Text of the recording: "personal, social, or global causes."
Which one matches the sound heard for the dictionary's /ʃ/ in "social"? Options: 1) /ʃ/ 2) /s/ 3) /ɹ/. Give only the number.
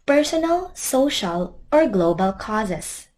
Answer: 1